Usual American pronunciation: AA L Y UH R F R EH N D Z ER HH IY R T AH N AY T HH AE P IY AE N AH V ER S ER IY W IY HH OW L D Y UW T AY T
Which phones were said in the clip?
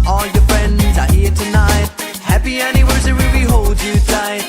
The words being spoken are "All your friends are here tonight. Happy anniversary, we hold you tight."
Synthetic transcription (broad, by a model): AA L Y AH R F R EH N D Z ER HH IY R T AH N AY T HH AE P IY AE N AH W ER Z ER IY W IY HH OW L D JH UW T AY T